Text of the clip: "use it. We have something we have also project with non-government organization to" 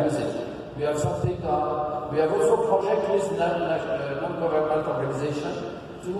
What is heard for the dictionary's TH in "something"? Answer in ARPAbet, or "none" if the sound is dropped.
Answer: T